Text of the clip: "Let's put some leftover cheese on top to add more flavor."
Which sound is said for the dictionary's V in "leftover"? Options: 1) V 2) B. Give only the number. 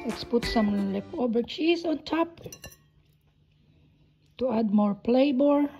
2